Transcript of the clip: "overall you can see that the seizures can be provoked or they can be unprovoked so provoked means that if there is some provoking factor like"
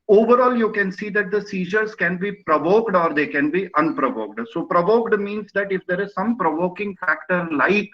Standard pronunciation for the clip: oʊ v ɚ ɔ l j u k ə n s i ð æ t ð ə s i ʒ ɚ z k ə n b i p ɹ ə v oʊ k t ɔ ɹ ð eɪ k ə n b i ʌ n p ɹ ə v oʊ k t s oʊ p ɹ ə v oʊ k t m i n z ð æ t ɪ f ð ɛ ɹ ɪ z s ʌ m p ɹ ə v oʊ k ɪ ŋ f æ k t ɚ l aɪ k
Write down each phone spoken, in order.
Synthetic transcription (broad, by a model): oʊ v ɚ ɔ l j u k ə n s i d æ t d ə s i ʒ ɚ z k ə n b i p ɹ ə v oʊ k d ɔ ɹ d eɪ k ə n b i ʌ n p ɹ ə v oʊ k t s oʊ p ɹ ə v oʊ k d m i n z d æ t ɪ f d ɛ ɹ ɪ z s ʌ m p ɹ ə v oʊ k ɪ ŋ f æ k t ɚ l aɪ k